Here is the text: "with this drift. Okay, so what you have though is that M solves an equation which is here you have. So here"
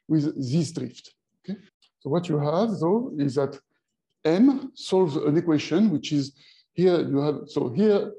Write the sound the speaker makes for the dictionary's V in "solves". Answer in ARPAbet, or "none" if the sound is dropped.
V